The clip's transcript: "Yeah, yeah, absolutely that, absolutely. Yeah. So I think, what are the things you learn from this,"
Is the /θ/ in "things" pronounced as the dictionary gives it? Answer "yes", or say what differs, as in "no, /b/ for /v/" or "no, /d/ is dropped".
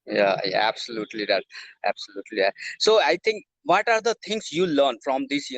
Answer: no, /t/ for /θ/